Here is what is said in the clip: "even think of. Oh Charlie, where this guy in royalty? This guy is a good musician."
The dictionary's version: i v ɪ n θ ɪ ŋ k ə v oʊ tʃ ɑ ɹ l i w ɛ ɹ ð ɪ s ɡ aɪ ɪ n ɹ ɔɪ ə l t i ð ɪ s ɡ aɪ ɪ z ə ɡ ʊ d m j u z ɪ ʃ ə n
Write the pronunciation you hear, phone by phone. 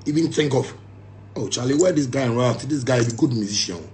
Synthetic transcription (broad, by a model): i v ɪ n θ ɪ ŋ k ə f oʊ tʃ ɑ l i w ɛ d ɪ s ɡ aɪ ɪ n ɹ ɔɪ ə t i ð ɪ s ɡ aɪ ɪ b ə ɡ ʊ d m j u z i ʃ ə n